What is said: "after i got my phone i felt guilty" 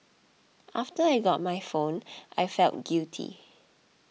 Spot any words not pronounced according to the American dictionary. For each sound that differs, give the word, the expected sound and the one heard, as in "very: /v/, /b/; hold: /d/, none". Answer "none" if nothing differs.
guilty: /l/, none